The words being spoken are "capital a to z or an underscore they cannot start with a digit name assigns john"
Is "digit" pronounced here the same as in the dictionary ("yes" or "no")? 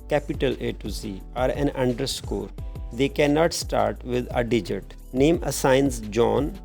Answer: yes